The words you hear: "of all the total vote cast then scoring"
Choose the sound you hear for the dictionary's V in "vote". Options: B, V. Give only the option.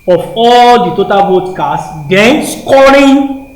B